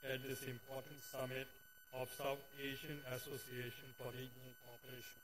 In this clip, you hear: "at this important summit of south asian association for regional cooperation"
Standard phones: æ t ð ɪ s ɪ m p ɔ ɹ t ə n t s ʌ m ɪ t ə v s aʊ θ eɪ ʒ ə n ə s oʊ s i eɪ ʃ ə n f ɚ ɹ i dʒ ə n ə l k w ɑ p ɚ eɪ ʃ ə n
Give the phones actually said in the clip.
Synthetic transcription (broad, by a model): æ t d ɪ s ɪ m p ɔ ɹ t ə n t s ʌ m ɪ t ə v s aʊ t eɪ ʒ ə n ə s oʊ s i eɪ ʃ ə n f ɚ ɹ i dʒ ə n ə l k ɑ p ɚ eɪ ʃ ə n